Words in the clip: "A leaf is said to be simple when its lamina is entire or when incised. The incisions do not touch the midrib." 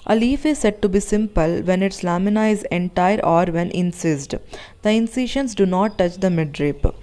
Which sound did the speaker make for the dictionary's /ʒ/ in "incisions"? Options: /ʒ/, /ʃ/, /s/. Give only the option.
/ʃ/